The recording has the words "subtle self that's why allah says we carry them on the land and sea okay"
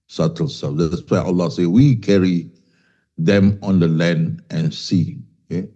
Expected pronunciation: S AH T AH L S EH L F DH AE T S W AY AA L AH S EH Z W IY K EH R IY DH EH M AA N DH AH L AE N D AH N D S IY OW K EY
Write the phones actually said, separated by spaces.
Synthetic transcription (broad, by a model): S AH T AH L S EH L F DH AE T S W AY AA L AH S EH W IY K EH R IY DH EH M AA N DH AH L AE N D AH N S IY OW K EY